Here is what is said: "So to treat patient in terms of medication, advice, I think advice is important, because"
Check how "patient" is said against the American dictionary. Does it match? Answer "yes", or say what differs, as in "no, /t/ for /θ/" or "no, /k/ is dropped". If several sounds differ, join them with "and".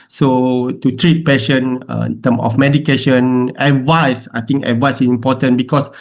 no, /t/ is dropped